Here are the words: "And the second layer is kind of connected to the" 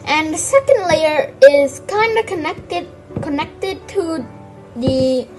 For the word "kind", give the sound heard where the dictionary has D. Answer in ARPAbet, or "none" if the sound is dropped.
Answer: D